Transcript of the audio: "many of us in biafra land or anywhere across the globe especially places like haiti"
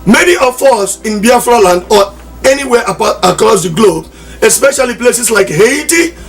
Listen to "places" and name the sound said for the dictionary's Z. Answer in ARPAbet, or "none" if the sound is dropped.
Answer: S